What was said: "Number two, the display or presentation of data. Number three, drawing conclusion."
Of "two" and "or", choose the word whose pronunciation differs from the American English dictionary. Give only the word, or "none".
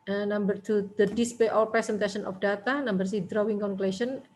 or